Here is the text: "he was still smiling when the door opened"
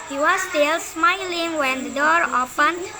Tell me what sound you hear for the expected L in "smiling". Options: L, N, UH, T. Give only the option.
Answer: L